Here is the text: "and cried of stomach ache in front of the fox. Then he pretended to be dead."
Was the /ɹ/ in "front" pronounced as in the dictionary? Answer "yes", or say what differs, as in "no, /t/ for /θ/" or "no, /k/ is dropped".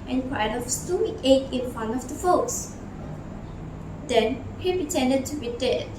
no, /ɹ/ is dropped